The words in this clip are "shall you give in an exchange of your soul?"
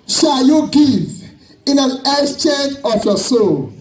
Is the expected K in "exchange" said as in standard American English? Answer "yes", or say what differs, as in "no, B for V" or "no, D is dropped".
no, K is dropped